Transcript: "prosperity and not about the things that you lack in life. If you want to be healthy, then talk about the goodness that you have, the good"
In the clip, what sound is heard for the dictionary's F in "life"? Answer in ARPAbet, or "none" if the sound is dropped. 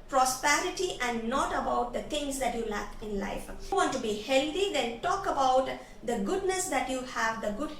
none